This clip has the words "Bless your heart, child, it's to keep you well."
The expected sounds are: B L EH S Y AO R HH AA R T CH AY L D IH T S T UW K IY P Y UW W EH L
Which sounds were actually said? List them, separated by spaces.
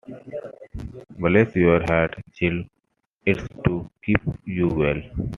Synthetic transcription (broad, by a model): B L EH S Y AO R HH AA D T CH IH L IH T S T UW K IY P Y UW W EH L